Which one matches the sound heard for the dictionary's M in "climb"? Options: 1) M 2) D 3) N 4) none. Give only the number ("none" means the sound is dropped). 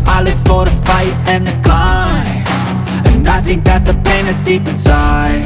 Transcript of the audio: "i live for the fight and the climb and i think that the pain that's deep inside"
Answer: 4